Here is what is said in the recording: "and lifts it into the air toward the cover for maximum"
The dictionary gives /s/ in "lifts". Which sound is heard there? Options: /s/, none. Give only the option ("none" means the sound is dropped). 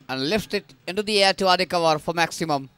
none